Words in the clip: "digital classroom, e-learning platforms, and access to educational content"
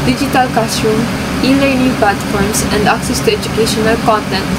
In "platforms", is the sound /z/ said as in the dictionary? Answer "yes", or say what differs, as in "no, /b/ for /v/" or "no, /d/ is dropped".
no, /s/ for /z/